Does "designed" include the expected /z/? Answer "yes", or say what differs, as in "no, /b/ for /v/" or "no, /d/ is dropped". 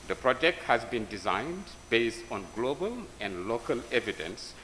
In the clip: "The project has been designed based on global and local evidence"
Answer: yes